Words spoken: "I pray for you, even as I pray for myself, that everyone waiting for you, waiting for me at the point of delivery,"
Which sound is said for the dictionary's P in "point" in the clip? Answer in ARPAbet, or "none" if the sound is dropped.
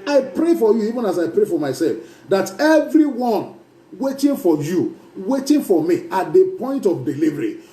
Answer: P